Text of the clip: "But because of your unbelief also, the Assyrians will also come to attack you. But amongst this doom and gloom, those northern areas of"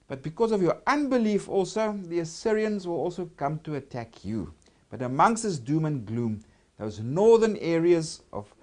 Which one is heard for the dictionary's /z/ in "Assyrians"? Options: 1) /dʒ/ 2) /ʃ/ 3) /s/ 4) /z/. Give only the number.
4